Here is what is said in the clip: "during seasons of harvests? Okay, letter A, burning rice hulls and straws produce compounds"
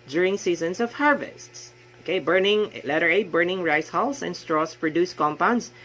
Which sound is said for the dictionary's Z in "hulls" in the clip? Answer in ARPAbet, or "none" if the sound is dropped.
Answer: S